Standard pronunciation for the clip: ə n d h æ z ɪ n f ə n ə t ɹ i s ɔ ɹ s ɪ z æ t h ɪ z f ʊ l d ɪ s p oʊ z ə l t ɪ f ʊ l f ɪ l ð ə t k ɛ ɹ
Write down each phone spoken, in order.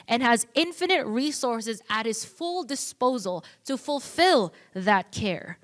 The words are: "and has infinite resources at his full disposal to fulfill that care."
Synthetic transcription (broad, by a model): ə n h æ z ɪ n f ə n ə t ɹ i s ɔ ɹ s ɪ z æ t h ɪ z f ʊ l d ɪ s p oʊ z ə l t ɪ f ʊ l f ɪ l ð ə t k ɛ ɹ